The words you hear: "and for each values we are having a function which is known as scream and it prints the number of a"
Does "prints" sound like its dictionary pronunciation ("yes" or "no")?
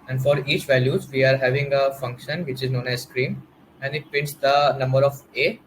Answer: no